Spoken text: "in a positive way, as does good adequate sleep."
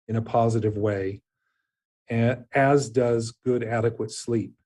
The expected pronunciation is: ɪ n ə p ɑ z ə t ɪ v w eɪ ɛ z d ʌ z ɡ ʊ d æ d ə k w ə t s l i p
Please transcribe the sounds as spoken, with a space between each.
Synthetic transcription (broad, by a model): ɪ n ə p ɑ z ə t ɪ v w eɪ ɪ z d ʌ z ɡ ʊ d æ d ə k w ə t s l i p